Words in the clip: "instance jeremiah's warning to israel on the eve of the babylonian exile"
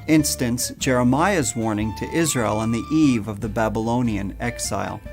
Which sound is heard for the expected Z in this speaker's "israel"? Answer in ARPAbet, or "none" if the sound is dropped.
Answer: Z